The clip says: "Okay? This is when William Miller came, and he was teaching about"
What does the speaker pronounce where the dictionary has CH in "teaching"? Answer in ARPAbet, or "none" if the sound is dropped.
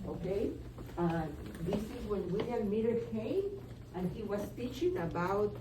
CH